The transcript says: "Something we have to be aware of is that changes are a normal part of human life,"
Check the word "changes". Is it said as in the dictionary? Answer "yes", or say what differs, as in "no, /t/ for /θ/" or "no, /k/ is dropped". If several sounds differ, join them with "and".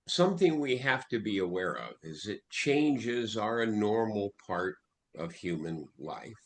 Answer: yes